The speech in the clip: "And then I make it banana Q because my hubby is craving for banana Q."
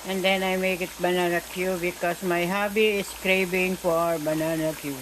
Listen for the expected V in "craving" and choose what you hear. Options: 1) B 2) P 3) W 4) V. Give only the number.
1